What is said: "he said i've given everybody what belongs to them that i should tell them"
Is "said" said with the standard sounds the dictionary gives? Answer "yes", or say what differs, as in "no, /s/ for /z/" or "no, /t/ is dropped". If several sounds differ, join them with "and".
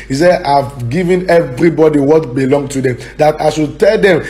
no, /d/ is dropped